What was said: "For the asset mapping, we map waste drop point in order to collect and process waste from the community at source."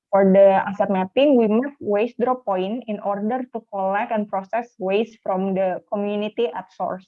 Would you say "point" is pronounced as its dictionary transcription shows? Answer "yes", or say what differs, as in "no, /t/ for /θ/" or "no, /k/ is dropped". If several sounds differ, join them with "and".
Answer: no, /t/ is dropped